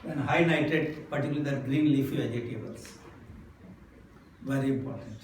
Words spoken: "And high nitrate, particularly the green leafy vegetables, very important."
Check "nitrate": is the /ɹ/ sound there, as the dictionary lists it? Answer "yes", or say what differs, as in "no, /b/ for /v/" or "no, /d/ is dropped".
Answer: no, /ɹ/ is dropped